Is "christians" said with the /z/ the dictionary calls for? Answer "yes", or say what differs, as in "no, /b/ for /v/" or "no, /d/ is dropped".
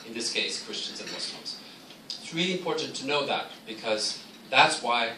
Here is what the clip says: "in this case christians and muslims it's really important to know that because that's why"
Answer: yes